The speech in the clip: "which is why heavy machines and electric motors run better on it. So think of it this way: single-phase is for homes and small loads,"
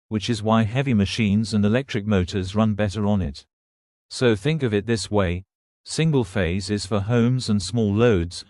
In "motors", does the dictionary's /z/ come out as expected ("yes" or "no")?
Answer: yes